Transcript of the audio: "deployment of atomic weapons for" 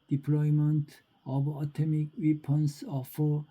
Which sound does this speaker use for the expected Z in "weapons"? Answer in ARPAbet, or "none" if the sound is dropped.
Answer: S